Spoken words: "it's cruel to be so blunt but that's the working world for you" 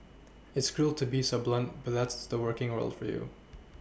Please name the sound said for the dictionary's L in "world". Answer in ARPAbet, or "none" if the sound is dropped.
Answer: L